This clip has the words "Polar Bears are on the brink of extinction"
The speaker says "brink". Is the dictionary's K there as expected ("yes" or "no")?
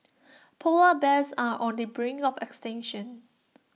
no